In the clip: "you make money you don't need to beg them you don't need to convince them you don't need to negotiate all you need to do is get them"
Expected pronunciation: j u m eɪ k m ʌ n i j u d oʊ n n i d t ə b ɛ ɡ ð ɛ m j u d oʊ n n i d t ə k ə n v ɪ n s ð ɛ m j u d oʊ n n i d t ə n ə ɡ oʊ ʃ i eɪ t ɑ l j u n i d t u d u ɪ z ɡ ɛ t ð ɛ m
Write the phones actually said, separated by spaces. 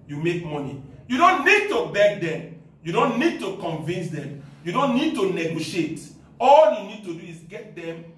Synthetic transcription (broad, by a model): j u m eɪ k m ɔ n i j u d oʊ n n i d t ə b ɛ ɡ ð ɛ m j u d oʊ n n i d t ə k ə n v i n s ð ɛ m j u d oʊ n n i d t ə n ə ɡ oʊ ʃ i eɪ t ɑ l j u n i d t u d u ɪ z ɡ ɛ t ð ɛ m